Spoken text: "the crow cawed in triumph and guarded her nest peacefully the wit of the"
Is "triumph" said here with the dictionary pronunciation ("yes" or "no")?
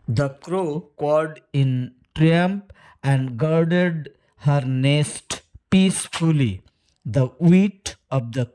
no